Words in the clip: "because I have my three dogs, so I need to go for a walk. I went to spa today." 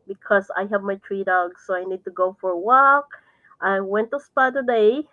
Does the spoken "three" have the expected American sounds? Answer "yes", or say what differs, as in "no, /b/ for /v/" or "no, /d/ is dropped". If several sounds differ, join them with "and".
no, /t/ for /θ/